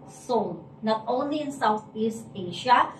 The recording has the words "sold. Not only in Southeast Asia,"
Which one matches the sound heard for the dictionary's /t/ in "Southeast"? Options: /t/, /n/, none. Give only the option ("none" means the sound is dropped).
/t/